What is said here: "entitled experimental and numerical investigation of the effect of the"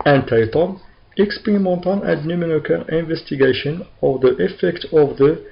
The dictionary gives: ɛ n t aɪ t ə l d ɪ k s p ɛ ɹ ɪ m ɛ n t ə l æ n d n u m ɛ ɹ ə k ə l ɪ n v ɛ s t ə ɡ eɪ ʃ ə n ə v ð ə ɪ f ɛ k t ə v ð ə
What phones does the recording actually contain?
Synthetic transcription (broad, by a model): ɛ n t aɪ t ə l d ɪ k s p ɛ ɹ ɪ m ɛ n t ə n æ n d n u m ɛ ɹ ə k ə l ɪ n v ɛ s t ə ɡ eɪ ʃ ə n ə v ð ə ɪ f ɛ k t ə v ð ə